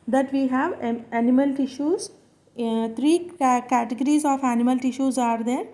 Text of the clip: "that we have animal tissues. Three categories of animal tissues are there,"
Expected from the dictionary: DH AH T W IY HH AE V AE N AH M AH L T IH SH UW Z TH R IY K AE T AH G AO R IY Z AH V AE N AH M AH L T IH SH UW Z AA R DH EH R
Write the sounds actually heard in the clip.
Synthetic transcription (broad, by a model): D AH T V IY HH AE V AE N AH M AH L T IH SH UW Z T R IY K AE T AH G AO R IY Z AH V AE N AH M AH L T IH SH UW Z AA R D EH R